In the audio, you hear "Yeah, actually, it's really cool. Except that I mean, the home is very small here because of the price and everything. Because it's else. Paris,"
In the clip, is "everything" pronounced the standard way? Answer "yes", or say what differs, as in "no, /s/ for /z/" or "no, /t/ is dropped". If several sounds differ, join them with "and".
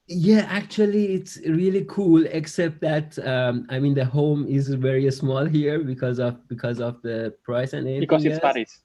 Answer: no, /p/ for /v/